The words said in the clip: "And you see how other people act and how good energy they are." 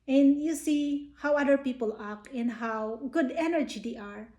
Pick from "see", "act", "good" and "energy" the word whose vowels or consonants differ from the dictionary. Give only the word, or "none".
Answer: act